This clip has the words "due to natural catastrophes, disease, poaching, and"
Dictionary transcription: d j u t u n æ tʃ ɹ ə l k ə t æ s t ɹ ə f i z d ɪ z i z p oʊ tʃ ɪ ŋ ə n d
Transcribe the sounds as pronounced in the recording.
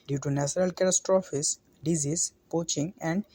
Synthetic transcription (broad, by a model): d j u t u n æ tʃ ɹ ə l k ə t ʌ s t ɹ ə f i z d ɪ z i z p oʊ tʃ ɪ ŋ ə n d